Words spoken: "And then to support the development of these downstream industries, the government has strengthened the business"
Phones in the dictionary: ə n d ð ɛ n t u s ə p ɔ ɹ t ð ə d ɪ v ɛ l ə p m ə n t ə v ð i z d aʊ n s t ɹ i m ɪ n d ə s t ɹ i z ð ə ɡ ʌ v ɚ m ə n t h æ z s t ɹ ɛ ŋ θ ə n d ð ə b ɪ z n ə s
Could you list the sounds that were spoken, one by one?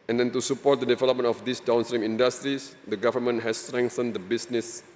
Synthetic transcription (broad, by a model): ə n d ɛ n t u s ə p ɔ t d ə d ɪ v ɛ l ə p m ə n ə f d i s d aʊ n s t ɹ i m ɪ n d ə s t ɹ i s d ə ɡ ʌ v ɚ m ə n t h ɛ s t ɹ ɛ ŋ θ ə n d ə b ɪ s n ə s